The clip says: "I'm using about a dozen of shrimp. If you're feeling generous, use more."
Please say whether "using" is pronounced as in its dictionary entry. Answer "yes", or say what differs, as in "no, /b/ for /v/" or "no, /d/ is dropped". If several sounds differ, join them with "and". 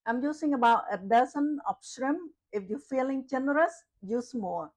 no, /s/ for /z/